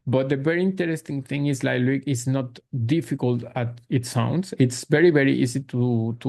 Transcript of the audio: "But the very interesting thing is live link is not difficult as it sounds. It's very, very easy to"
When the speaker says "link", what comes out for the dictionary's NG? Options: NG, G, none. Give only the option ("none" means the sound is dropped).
none